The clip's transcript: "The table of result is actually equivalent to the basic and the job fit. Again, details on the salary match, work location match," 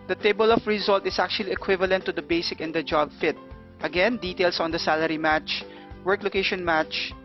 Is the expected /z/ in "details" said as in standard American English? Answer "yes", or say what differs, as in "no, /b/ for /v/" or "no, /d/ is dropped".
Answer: no, /s/ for /z/